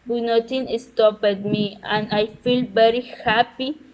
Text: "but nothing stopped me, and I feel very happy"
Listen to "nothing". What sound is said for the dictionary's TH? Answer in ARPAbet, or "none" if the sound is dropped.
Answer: T